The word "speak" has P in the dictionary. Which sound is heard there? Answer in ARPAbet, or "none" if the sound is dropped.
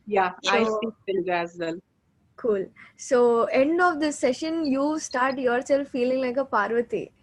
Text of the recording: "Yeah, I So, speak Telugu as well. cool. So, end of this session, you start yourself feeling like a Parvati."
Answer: none